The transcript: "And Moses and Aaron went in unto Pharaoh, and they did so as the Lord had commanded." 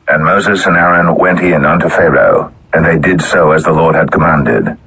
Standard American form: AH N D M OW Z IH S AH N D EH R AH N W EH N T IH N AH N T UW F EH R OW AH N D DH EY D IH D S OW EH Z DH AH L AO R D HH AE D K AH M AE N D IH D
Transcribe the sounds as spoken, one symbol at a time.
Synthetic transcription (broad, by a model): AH N M OW Z IH S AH N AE R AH N W EH N T IH N AH N T UW F EH R OW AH N DH EY D IH D S OW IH Z DH AH L AO R D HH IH D K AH M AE N D IH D